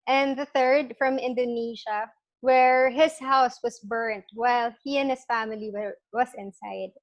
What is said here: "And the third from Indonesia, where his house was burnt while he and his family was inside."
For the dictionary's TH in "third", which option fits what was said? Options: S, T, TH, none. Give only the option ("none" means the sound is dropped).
TH